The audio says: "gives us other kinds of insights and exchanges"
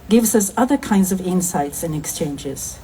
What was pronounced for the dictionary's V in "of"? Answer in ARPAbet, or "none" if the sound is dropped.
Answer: V